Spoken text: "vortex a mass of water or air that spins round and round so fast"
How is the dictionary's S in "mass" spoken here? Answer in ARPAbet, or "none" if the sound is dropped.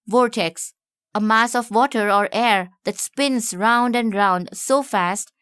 S